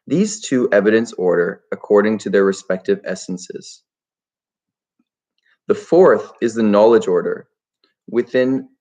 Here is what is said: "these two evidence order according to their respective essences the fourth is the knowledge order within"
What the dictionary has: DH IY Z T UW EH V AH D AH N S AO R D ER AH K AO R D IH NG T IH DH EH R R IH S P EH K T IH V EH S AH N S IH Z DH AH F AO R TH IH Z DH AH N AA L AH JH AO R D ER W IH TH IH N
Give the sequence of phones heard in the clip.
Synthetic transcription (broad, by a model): DH IY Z T UW EH V AH D AH N S AO R D ER AH K AO R D IH NG T IH DH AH R R IH S P EH K T IH V EH S N S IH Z DH AH F AO R TH IH Z DH AH N AA L AH JH AO R D ER W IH TH IH N